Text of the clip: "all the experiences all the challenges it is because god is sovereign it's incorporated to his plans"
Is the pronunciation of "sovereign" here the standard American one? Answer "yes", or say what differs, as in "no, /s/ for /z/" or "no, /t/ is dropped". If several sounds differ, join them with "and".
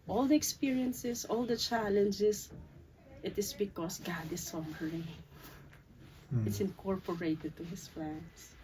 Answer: no, /n/ is dropped